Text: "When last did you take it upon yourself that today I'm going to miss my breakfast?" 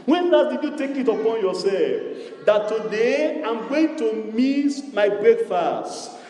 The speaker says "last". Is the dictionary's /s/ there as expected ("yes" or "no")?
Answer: no